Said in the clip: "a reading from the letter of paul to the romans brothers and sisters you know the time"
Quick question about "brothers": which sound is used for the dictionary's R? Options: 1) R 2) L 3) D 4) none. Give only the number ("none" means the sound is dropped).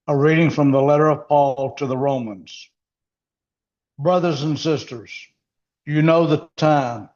1